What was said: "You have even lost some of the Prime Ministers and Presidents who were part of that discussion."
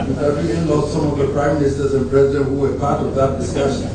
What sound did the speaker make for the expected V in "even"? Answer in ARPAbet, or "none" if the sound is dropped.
none